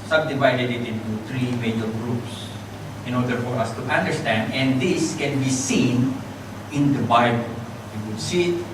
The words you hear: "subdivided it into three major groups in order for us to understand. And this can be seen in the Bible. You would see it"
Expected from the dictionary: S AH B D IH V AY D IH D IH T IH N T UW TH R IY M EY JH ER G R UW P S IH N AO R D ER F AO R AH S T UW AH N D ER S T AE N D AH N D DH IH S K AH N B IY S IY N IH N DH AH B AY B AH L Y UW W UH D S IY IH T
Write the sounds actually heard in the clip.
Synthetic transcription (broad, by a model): S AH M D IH V AY D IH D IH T IH N T UW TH R IY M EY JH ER G R UW P S IH N AO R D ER F AO R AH S T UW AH N D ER S T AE N D AH N D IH S K AH N B IY S IY N IH N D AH B AY B AH L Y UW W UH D S IY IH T